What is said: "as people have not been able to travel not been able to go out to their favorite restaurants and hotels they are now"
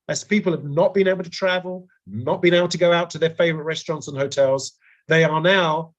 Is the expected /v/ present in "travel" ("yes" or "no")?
yes